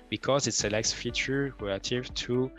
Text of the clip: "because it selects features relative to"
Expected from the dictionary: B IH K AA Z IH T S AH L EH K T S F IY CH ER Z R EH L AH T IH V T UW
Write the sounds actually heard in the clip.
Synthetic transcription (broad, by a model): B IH K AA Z IH T S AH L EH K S F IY CH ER R EH L AH T IH V T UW